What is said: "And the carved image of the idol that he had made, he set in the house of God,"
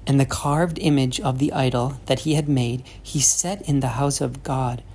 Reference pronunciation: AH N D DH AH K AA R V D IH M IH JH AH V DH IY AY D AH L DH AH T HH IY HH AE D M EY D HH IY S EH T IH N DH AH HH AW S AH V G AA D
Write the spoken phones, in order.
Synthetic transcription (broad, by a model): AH N DH AH K AA R V D IH M IH JH AH V DH IY AY D L DH AH T HH IY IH D M EY D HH IY S EH T IH N DH AH HH AW S AH V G AA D